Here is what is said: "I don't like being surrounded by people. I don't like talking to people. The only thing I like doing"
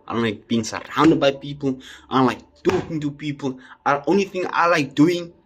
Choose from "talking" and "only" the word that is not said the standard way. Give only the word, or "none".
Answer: none